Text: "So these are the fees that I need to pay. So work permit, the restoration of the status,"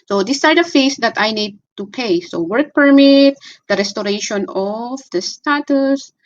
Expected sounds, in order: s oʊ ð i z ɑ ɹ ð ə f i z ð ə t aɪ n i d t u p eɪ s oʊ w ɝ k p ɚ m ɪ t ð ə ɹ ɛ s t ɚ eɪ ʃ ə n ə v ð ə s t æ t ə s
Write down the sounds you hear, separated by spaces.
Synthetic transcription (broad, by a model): s oʊ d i s ɑ ɹ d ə f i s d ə t aɪ n i d t u p eɪ s oʊ w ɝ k p ɚ m ɪ t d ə ɹ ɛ s t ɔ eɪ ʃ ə n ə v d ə s t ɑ t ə s